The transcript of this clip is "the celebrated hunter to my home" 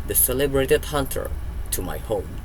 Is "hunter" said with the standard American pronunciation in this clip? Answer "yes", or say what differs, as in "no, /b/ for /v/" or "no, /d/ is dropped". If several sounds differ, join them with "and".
yes